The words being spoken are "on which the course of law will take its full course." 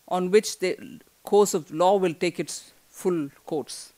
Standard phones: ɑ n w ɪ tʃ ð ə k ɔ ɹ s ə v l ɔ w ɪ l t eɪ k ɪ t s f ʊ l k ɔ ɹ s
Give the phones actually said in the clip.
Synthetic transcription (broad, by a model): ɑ n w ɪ tʃ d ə k ɔ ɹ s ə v l ɔ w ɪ l t eɪ k ɪ t s f ʊ l k ɔ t s